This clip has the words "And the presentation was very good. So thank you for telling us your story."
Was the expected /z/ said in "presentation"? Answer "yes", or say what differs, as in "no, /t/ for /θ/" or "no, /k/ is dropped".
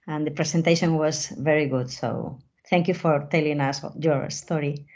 no, /s/ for /z/